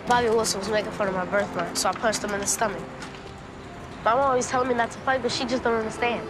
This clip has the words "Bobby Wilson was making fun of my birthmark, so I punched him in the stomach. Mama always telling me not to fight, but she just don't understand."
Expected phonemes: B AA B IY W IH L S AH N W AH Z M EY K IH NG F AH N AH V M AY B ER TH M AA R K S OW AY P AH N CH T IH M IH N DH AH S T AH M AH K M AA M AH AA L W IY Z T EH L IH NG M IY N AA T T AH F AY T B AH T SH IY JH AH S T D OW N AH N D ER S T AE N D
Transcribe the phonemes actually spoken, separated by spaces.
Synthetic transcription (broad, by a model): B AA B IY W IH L S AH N W AH Z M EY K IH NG F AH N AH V M AY B ER TH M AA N S OW AY P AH CH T IH M IH N DH AH S T AH M AH K M AA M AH AA L W IY Z T EH L IH NG M IY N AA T T AH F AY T B AH T SH IY JH AH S D OW N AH N D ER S T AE N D